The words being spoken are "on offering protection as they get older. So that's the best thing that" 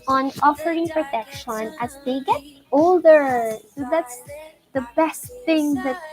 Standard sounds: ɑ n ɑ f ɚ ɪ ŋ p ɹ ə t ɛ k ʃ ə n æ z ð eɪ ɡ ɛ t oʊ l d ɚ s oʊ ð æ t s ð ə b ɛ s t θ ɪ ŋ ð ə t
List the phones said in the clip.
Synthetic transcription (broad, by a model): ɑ n ɑ f ɚ ɪ ŋ p ɹ ə t ɛ k ʃ ə n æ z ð eɪ ɡ ɛ t oʊ l d ɚ s oʊ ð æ t s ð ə b ɛ s t θ ɪ ŋ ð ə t